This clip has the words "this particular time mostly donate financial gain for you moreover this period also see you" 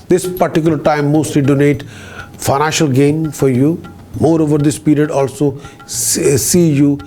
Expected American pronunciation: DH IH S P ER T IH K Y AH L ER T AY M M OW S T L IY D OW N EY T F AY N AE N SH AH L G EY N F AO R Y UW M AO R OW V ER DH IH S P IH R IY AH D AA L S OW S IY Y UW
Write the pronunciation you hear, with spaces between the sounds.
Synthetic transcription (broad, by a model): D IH S P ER T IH K Y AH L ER T AY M M OW S T L IY D OW N EY T F AY N AE N SH AH L G EY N F AO R Y UW M AO R OW V ER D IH S P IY R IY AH D AA L S OW S IY Y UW